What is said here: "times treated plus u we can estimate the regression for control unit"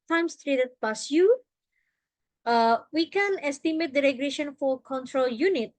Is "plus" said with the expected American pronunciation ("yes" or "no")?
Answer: no